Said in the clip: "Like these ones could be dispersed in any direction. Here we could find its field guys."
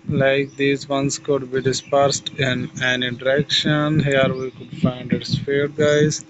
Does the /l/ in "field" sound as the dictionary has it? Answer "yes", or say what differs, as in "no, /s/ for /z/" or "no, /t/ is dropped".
no, /l/ is dropped